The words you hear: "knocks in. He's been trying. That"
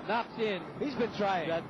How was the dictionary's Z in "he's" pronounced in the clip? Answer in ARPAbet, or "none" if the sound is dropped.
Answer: Z